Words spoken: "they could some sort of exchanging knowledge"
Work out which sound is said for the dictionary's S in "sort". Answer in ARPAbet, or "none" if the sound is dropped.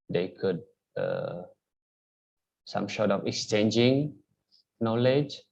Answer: SH